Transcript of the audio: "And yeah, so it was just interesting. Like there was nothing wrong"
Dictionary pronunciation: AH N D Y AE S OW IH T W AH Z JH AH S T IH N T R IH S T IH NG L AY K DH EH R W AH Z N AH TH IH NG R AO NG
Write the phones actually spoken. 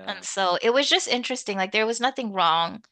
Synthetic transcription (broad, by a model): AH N S OW IH T W AH Z JH AH S T IH N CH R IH S T IH NG L AY K DH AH R W AH Z N AH TH IH NG R AO NG